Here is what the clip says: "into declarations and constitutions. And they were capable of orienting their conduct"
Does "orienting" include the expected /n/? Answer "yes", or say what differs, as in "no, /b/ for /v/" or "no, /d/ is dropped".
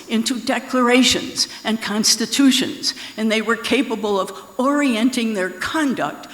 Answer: yes